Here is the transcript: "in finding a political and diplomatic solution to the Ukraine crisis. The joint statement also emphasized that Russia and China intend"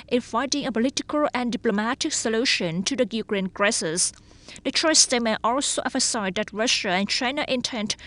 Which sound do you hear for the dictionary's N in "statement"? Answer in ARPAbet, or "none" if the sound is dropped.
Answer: none